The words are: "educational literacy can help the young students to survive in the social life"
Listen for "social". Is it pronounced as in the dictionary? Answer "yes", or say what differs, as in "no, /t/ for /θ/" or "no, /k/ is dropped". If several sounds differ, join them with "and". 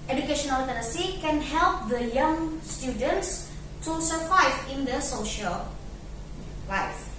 yes